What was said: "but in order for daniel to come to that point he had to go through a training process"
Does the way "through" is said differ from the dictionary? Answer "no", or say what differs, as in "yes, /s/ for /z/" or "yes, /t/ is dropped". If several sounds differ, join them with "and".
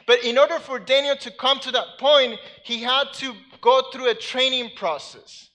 no